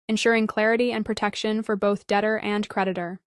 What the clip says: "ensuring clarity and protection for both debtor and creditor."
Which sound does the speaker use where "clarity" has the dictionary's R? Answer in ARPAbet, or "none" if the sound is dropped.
R